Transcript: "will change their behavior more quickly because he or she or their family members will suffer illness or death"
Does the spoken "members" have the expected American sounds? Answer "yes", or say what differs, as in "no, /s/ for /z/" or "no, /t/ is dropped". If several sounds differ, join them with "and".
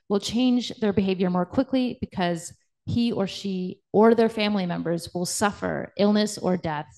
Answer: yes